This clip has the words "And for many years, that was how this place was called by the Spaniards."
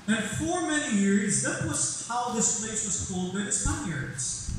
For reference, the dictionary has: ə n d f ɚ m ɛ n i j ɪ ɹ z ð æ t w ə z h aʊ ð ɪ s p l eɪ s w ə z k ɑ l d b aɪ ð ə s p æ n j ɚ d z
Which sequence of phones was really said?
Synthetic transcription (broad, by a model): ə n f ɚ m ɛ n i j ɪ ɹ z ð æ t w ə z h aʊ ð ɪ s p l eɪ s w ə z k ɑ l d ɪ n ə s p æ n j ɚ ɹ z